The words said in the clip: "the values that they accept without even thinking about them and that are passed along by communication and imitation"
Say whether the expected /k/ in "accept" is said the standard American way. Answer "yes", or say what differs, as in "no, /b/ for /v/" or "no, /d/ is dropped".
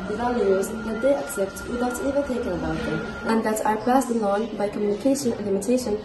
yes